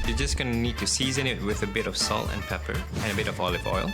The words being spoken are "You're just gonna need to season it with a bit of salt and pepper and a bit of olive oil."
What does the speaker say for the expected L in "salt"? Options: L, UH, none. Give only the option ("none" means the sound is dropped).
L